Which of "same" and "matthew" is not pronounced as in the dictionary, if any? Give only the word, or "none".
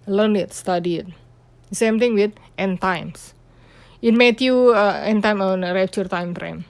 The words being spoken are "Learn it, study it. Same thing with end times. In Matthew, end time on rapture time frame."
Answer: matthew